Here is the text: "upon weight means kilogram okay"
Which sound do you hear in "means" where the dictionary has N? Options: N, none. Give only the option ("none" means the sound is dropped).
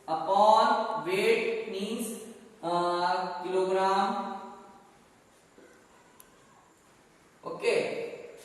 none